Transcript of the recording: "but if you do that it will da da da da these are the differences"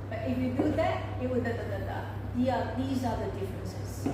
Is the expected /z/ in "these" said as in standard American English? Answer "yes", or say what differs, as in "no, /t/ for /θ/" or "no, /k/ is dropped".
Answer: yes